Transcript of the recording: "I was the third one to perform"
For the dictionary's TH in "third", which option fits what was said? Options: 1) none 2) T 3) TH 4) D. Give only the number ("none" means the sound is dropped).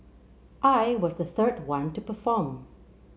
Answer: 3